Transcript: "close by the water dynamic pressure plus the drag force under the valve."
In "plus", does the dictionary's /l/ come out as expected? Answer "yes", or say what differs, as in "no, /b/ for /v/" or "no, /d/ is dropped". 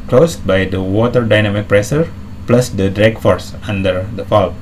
yes